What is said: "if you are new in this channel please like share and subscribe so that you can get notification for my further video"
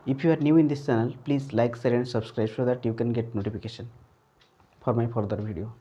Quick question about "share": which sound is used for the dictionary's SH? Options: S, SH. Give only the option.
S